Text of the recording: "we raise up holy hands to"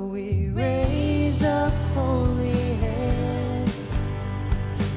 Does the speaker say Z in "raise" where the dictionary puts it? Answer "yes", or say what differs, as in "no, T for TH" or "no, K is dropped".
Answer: yes